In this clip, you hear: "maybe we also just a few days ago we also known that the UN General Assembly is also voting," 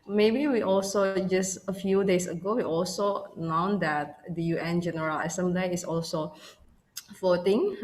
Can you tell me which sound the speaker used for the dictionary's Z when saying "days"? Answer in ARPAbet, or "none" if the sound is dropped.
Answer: S